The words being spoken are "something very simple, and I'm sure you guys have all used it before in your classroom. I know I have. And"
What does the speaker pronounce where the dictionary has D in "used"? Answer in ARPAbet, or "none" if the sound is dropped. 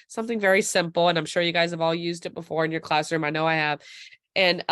D